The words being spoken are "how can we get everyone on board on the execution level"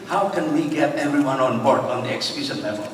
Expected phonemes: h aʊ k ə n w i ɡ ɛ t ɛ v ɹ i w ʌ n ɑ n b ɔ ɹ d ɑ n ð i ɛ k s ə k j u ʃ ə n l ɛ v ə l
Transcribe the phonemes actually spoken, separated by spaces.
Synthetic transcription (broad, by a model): h aʊ k ə n w i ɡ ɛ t ɛ v ɹ i w ʌ n ɑ n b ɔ ɹ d ɑ n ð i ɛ k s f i s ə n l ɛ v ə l